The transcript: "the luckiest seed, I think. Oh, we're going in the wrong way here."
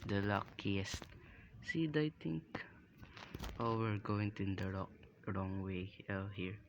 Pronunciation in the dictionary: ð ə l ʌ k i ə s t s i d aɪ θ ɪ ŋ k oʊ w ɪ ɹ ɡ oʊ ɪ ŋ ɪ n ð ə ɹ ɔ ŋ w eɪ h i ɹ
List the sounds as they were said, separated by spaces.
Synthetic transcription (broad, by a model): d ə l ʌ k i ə s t s i d aɪ t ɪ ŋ k oʊ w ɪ ɹ ɡ oʊ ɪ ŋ ɪ n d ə ɹ ɔ ŋ w eɪ h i ɹ